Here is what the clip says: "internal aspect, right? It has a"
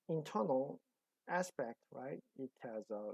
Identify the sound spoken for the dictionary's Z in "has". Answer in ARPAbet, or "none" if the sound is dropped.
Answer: Z